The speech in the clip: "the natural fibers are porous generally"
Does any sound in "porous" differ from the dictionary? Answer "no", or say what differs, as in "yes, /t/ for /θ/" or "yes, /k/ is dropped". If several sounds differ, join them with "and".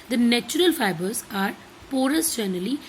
no